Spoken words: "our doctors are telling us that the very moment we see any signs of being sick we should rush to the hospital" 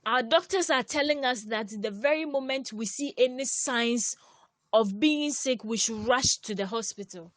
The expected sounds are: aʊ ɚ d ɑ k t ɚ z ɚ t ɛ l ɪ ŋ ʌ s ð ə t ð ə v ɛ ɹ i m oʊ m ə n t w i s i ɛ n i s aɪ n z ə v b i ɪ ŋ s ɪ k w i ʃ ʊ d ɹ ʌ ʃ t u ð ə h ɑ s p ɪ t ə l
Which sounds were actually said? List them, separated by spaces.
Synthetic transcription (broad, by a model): aʊ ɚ d ɑ k t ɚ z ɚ t ɛ l ɪ ŋ ʌ s ð ə t ð ə v ɛ ɹ i m oʊ m ə n t w i s i ɛ n i s aɪ n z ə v b i ɪ ŋ s ɪ k w i ʃ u d ɹ ʌ ʃ t u ð ə h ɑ s p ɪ t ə l